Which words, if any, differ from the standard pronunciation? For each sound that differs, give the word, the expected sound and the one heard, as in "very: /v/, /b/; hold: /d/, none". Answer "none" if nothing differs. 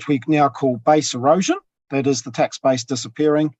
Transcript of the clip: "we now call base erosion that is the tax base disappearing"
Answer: none